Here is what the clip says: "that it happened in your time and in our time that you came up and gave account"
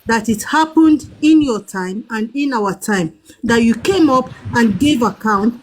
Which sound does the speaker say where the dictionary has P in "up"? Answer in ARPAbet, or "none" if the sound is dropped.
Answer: P